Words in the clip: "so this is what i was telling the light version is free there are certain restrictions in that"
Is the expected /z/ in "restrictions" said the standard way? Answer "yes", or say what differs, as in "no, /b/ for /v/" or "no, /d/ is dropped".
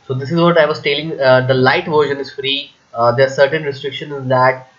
no, /z/ is dropped